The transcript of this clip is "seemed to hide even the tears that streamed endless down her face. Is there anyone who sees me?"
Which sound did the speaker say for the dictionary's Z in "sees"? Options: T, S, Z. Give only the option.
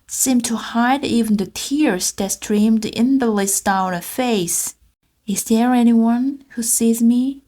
Z